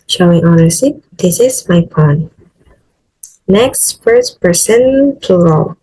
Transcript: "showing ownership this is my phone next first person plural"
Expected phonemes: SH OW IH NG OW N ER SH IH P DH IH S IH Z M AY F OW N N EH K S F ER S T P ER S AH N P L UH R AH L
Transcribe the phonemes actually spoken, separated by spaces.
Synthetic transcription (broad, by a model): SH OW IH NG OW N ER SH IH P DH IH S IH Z M AY P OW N N EH K S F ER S P ER S AH N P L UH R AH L